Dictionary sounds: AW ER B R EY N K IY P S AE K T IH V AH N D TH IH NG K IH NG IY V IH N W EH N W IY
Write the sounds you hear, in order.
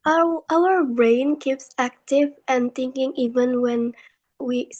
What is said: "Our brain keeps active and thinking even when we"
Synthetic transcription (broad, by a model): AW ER B R EY N K IY P S AE K T IH V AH N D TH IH NG K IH NG IY V IH N W EH N W IY